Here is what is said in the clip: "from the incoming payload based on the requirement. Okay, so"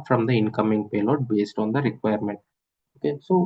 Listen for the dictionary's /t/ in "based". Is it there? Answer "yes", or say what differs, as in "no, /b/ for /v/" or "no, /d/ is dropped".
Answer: yes